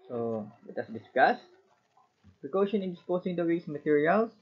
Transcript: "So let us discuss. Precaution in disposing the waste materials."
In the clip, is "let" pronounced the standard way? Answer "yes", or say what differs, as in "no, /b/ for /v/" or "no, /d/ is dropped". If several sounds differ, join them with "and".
no, /w/ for /l/